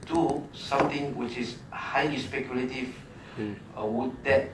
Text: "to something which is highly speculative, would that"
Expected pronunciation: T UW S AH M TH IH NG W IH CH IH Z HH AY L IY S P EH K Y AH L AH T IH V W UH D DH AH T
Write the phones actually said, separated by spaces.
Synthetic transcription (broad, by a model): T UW S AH M T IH NG W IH CH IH S HH AY IY S P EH K Y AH L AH T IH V W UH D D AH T